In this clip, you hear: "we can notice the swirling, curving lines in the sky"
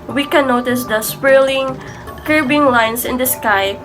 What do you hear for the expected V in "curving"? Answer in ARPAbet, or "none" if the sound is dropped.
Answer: B